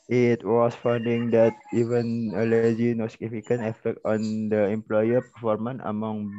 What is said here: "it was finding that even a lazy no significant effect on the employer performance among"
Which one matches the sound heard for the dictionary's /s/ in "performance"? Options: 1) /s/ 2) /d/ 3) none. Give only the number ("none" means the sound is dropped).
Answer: 3